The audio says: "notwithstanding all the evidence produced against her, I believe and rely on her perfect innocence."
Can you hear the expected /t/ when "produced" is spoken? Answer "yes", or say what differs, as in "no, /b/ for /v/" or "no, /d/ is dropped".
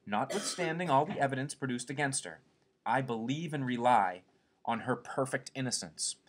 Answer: yes